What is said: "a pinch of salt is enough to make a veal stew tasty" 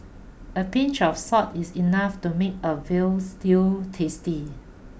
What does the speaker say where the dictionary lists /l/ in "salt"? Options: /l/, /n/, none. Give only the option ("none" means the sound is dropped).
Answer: none